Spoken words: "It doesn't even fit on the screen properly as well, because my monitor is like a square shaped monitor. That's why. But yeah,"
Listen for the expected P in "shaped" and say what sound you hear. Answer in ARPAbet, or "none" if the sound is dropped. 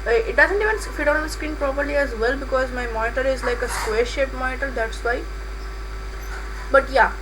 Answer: none